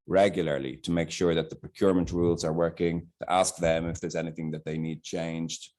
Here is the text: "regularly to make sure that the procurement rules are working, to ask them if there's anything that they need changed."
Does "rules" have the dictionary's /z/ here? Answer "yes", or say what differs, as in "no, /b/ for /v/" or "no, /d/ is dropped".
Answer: yes